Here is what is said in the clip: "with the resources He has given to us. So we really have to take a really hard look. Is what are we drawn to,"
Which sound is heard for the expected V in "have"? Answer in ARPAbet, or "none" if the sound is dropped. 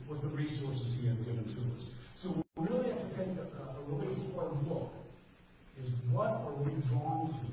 F